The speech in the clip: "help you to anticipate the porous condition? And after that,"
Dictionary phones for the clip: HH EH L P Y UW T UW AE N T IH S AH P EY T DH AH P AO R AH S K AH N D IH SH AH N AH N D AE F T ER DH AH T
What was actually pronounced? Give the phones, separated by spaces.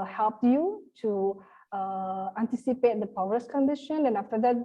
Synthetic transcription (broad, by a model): HH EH L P Y UW T UW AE N T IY S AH P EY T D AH P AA W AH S K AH N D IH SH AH N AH N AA F T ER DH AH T